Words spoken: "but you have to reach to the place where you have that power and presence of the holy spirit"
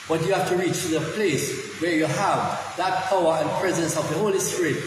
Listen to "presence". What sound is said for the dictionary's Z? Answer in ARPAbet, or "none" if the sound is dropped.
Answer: Z